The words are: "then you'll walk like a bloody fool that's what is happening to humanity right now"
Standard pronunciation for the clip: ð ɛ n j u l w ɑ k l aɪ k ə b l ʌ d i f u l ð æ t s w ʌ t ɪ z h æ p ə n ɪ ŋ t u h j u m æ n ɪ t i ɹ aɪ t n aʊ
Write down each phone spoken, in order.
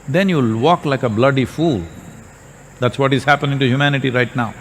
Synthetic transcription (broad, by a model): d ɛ n j u l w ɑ k l aɪ k ə b l ʌ d i f u l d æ t s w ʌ t ɪ z h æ p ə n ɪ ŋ t u h j u m æ n ɪ t i ɹ aɪ t n aʊ